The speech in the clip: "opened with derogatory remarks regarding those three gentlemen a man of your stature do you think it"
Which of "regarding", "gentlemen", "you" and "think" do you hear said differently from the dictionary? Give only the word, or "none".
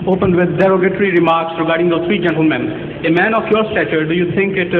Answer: think